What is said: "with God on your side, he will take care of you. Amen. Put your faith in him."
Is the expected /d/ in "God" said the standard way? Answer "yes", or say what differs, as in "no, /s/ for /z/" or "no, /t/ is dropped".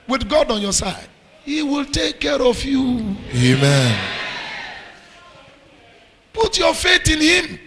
yes